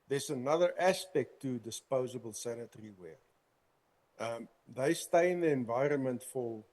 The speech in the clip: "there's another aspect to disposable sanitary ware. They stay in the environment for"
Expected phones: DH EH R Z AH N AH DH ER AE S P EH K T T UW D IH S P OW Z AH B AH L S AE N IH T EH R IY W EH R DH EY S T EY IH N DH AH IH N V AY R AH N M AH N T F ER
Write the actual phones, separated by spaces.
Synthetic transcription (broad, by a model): DH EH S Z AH N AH DH ER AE S P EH K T T UW D IH S P OW Z AH B AH L S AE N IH T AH R IY W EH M DH EY S T EY IH N DH AH IH N V AY R AH N M AH N T F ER